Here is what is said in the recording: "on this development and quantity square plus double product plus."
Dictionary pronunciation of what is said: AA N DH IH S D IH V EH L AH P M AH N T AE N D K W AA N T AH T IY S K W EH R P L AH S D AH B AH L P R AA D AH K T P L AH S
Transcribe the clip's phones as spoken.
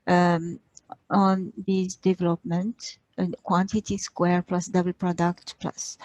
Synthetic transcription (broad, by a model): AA N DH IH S D IH V EH L AH P M AH N T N K W AA N T AH T IY S K W EH R P L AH S D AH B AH L P R AA D AH K T P L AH S